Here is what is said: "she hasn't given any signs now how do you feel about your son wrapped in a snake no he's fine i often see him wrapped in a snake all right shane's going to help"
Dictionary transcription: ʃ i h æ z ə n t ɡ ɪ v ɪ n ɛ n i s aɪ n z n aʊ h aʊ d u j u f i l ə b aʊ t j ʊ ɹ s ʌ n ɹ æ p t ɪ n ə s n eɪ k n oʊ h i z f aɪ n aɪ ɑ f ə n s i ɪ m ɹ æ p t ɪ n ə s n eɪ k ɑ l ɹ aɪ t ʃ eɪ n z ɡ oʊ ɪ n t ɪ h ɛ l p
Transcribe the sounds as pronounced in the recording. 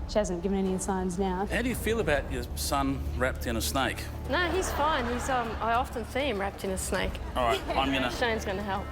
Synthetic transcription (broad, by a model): ʃ i h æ z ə n ɡ ɪ v ɪ n ɛ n i s aɪ n z n aʊ h aʊ d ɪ j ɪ f i l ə b aʊ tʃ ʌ ɹ s ʌ n ɹ æ p t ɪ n ə s n eɪ k n oʊ h i z f aɪ n aɪ ɑ f ə n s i ɪ m ɹ æ p t ɪ n ə s n eɪ k ɑ l ɹ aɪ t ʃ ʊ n z ɡ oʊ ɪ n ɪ h ɛ l p